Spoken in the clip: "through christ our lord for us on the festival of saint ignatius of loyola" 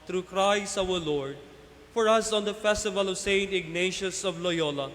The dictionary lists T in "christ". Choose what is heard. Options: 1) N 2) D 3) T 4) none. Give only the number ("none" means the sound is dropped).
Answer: 4